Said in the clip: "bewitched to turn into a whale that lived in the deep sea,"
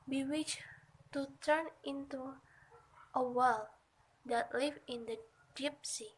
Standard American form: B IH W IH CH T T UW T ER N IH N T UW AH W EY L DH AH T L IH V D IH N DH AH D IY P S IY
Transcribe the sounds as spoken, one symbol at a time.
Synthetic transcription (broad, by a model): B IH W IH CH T T UW T ER N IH N T UW AH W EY L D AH T L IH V IH N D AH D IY P S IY